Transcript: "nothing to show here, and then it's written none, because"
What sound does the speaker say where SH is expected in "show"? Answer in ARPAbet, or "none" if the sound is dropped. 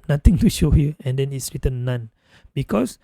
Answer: SH